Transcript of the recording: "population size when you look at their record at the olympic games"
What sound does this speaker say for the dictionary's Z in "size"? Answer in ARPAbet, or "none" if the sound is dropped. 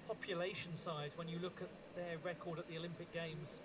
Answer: Z